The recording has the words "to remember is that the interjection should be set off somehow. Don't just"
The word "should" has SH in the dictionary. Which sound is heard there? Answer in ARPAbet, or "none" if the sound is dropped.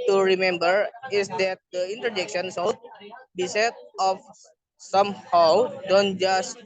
S